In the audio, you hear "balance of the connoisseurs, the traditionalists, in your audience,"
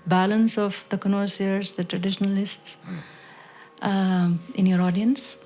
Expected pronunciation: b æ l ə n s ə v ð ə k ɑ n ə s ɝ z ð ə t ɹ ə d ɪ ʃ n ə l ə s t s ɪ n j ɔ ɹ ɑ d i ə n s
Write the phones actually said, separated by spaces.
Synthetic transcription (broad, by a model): b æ l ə n s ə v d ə k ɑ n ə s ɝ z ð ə t ɹ ə d ɪ ʃ n ə l ə s t s ɪ n j ɔ ɹ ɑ d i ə n s